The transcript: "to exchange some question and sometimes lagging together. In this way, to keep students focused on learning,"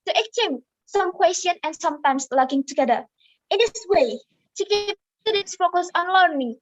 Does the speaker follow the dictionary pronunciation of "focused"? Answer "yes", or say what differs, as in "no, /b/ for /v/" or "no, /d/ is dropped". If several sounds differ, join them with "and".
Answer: no, /t/ is dropped